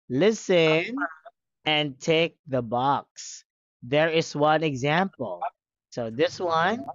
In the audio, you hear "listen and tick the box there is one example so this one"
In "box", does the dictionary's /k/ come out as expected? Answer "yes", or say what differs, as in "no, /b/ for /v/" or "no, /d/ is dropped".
yes